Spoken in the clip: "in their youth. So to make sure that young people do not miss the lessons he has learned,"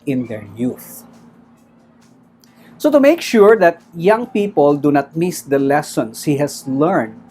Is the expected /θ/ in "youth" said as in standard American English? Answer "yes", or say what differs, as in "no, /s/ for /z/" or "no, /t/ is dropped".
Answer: yes